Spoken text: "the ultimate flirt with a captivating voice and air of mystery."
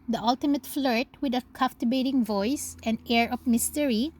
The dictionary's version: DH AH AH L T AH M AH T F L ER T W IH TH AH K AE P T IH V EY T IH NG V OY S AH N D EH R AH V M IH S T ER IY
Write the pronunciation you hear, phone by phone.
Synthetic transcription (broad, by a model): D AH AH L T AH M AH T F L ER T W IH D AH K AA F T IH B EY T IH NG V OY S AH N D EH R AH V M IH S T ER IY